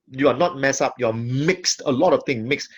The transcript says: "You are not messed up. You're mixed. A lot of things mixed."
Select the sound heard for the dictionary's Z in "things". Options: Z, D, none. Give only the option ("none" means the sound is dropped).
none